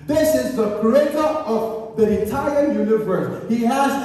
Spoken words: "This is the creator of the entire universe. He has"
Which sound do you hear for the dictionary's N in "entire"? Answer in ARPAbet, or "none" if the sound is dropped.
none